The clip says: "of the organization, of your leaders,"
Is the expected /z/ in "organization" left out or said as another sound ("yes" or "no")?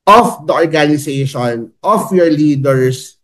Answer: yes